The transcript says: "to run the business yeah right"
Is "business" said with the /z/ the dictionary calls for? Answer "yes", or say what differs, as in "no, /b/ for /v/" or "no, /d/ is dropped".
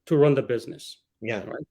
yes